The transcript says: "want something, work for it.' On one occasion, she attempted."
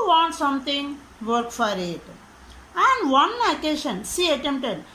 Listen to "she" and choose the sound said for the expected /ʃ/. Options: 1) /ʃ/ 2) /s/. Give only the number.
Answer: 2